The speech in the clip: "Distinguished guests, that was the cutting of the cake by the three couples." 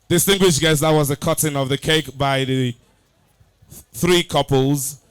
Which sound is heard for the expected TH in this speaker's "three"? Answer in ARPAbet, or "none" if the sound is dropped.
TH